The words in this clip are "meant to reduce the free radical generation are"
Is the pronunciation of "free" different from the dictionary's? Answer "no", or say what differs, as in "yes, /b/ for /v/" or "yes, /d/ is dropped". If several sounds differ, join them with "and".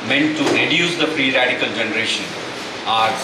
yes, /p/ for /f/